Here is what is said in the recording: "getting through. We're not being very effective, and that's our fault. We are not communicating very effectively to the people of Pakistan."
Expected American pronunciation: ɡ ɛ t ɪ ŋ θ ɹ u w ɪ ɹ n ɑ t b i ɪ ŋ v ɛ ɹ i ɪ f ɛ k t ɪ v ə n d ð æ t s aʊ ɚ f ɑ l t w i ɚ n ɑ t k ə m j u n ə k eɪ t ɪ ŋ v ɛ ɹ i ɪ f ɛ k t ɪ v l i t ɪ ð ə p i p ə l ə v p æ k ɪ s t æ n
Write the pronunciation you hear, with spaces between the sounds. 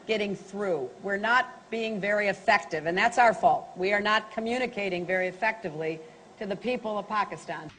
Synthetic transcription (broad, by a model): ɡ ɛ t ɪ ŋ θ ɹ u w ɪ ɹ n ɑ t b i ɪ ŋ v ɛ ɹ i ɪ f ɛ k t ɪ v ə n ð æ t s aʊ ɚ f ɑ l t w i ɚ n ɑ t k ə m j u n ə k eɪ t ɪ ŋ v ɛ ɹ i ɪ f ɛ k t ɪ v l i t ɪ ð ə p i p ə l ə v p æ k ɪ s t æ n